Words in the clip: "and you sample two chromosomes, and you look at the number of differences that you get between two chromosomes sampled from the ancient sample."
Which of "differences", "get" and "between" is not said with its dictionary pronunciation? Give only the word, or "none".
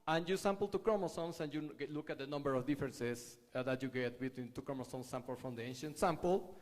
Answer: differences